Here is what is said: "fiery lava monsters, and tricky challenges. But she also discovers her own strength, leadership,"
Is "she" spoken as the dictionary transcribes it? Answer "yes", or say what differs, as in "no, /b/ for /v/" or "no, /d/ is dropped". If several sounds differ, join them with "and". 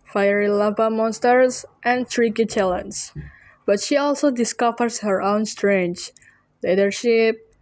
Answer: yes